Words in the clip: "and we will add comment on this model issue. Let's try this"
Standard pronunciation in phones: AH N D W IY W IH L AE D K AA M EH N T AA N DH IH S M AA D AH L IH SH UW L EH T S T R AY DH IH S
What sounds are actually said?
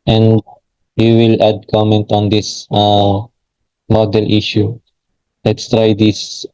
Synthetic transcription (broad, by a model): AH N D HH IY W IH L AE D K AA M EH N T AA N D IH S M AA D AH L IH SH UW L EH T S T R AY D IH S